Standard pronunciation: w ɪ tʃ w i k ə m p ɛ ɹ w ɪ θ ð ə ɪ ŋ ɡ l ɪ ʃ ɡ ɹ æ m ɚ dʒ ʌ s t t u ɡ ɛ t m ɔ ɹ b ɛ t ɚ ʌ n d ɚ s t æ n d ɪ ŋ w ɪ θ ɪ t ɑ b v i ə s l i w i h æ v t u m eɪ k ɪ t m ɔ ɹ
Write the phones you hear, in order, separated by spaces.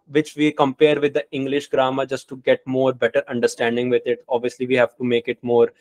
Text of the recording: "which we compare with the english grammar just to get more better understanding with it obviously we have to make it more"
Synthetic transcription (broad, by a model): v ɪ tʃ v i k ə m p ɛ ɹ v ɪ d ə ɪ ŋ ɡ l ɪ ʃ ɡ ɹ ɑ m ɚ dʒ ʌ s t t u ɡ ɛ t m ɔ ɹ b ɛ t ɚ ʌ n d ɚ s t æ n d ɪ ŋ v ɪ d ɪ t ɑ b v i ə s l i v i h æ v t u m eɪ k ɪ t m ɔ ɹ